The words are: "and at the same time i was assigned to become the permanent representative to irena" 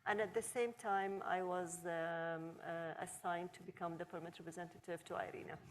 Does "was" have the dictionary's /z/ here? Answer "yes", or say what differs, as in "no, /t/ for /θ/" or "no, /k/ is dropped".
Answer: yes